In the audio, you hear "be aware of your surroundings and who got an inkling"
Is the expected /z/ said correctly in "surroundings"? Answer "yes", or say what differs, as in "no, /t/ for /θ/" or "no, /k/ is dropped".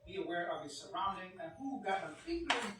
no, /z/ is dropped